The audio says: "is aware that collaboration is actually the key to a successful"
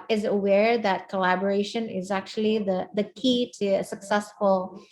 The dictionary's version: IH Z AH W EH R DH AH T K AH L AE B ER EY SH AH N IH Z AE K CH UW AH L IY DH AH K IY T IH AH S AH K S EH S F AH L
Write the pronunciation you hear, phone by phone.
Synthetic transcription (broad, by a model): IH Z AH W EH R DH AH T K AH L AE B ER EY SH AH N IH Z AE K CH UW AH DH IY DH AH K IY T IH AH S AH K S EH S F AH L